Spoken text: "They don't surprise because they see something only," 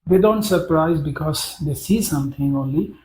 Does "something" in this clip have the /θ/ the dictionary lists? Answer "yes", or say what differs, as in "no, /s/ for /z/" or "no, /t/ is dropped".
no, /t/ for /θ/